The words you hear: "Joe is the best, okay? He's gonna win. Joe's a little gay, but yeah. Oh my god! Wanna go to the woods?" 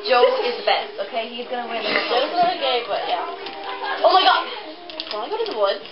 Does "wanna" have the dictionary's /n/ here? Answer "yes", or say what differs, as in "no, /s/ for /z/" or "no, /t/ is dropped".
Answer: no, /n/ is dropped